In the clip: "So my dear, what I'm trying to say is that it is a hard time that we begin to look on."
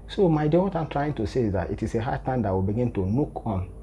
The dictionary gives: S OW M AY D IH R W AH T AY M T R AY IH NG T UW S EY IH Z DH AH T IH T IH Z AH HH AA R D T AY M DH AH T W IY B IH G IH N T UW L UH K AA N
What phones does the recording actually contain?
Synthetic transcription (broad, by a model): S OW M AY D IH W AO T AY M T R AY IH NG T UW S EY IH Z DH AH T IH T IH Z AH HH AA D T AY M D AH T W IY B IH G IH N T UW N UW K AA N